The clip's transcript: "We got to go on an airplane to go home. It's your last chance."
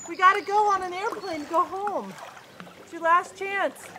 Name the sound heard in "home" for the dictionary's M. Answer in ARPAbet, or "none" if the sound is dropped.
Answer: none